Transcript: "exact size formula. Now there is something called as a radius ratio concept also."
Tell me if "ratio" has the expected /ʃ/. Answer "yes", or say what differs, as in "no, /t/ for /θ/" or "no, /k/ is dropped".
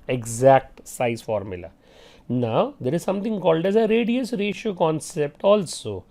yes